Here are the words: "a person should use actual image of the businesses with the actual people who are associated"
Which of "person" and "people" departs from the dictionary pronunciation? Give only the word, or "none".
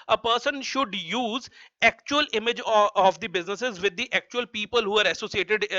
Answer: none